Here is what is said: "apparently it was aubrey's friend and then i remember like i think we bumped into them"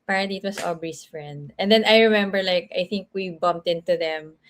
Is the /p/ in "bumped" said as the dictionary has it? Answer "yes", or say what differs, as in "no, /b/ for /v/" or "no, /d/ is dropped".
yes